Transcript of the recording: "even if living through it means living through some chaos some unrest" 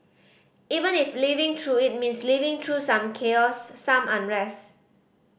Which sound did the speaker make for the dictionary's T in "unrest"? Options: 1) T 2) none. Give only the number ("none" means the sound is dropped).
2